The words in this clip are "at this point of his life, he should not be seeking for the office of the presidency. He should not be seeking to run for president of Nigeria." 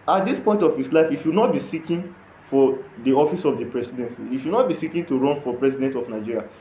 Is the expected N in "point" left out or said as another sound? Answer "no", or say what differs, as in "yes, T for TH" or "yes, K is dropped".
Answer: no